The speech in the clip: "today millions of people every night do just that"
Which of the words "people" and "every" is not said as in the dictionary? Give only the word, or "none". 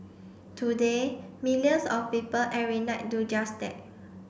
every